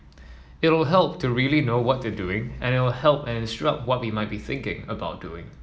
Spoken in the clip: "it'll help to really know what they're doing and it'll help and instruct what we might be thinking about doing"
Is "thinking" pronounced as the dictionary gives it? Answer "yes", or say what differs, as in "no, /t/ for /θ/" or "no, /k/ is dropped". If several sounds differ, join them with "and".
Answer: yes